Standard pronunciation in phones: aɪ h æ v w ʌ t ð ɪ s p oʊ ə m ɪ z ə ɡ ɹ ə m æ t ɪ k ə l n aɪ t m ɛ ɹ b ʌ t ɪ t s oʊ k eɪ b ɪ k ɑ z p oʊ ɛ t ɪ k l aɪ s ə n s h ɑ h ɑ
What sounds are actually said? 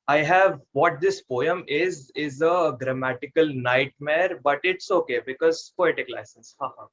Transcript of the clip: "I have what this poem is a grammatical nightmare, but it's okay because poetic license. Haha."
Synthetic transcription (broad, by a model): aɪ h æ v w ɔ t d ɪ s p oʊ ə m ɪ z ə ɡ ɹ ə m æ t ɪ k ə l n aɪ t m ɛ ɹ b ʌ t ɪ t s oʊ k eɪ b ɪ k ɑ z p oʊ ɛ t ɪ k l aɪ s ə n s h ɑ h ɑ